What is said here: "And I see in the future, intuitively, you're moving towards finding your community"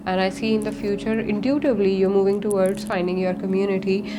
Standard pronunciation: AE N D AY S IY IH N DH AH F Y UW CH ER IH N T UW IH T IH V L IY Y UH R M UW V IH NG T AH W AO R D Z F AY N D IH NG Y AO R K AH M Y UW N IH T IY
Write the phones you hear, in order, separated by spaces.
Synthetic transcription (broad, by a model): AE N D AY S IY IH N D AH F Y UW CH ER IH N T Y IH T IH B L IY Y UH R M UW V IH NG T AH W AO R D S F AY N D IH NG Y AO R K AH M Y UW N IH T IY